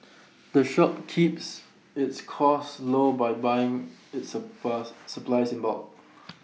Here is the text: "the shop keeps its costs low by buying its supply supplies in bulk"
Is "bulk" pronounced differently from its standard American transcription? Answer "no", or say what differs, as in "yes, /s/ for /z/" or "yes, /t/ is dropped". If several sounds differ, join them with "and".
yes, /k/ is dropped